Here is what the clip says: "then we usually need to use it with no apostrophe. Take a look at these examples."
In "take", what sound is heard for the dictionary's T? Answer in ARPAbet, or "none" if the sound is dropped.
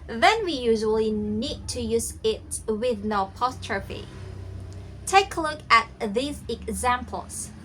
T